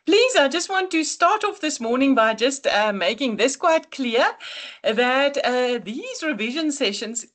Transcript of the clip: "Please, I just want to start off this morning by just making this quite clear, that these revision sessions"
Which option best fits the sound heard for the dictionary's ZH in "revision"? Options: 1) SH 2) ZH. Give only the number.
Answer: 2